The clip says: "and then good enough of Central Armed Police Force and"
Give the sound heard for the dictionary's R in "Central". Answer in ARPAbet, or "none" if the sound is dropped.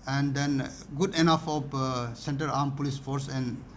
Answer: none